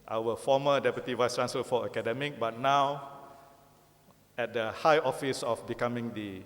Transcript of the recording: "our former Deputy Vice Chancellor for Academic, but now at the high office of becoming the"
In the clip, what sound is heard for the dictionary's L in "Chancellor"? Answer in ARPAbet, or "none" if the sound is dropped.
none